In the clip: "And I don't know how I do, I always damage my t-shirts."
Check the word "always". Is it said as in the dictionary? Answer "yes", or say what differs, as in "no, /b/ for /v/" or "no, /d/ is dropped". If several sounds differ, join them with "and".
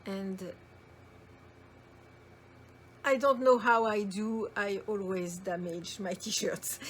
yes